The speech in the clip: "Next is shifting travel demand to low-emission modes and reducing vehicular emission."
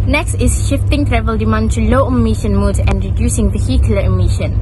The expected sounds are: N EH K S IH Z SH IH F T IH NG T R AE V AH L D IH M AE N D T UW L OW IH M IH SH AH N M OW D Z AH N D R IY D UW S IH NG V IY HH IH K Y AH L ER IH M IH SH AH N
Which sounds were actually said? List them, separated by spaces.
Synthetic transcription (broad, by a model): N EH K S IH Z SH IH F T IH NG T R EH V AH L D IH M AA N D T UW L OW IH M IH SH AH N M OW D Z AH N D R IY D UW S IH NG V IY HH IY K Y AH L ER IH M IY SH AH N